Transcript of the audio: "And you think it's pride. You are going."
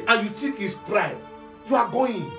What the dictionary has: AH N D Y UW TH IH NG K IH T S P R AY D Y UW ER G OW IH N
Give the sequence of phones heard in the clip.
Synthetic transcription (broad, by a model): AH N Y UW T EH K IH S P R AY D Y UW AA G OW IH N